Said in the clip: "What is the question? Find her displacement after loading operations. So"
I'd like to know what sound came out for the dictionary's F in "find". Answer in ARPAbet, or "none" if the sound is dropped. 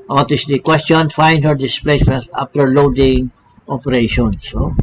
F